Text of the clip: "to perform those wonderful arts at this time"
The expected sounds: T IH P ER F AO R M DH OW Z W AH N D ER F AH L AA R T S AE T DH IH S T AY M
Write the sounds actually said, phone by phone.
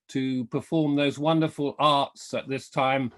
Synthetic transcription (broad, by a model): T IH P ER F AO R M DH OW Z W AH N D ER F AH L AA R T S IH T DH IH S T AY M